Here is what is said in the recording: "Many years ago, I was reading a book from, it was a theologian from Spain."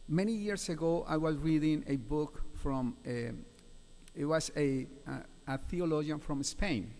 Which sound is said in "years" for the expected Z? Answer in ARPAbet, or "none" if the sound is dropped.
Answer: S